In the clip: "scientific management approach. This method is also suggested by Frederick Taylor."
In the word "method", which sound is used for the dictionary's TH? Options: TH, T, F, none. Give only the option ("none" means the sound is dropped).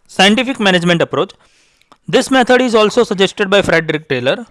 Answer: T